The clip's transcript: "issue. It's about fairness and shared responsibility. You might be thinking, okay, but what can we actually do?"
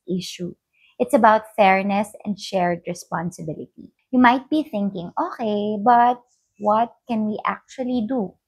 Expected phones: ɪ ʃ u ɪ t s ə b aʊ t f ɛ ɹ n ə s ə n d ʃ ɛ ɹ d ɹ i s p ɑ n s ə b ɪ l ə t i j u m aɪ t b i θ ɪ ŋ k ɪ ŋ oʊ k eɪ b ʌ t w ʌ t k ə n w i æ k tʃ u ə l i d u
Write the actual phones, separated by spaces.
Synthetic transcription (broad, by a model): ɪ ʃ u ɪ t s ə b aʊ t f ɛ ɹ n ə s ə n d ʃ ɛ ɹ d ɹ i s p ɑ n s ə b ɪ l ə t i j u m aɪ t b i θ ɪ ŋ k ɪ ŋ oʊ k eɪ b ʌ t w ʌ t k ə n w i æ k tʃ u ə l i d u